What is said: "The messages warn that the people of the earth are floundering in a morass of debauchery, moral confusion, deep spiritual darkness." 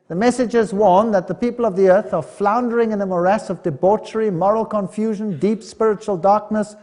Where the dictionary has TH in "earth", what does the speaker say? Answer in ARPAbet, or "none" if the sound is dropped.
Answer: TH